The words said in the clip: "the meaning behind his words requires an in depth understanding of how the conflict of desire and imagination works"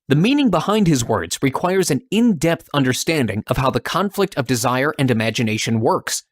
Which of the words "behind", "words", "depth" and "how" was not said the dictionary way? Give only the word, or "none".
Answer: none